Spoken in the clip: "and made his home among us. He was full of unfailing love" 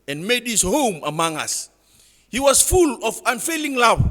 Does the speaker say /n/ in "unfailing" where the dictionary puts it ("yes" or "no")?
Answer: yes